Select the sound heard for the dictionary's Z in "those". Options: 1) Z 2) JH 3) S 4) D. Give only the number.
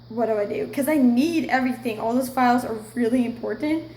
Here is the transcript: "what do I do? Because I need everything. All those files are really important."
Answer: 3